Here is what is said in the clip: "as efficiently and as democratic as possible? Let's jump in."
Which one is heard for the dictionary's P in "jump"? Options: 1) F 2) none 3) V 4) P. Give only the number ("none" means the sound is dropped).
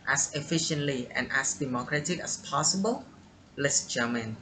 2